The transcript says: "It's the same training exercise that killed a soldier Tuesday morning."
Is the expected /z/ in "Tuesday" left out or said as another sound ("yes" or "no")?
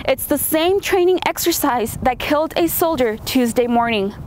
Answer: no